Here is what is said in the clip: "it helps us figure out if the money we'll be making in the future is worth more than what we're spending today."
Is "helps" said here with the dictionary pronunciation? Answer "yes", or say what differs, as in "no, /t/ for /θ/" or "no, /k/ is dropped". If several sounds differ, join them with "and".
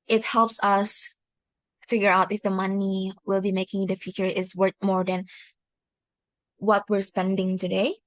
yes